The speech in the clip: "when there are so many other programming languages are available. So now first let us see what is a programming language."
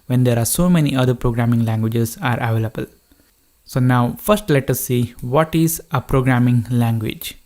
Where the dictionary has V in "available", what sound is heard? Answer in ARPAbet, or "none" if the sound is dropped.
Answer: V